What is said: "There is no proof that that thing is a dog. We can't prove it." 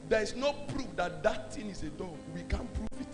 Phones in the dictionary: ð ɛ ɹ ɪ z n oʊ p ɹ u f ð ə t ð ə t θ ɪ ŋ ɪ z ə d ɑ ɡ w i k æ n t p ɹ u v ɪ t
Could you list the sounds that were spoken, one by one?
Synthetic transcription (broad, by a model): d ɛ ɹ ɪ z n oʊ p ɹ u f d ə t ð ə t t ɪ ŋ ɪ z ə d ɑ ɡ w i k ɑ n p ɹ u f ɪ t